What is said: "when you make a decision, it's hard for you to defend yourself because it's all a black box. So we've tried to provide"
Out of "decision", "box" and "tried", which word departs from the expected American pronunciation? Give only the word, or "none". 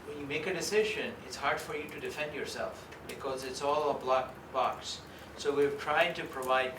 none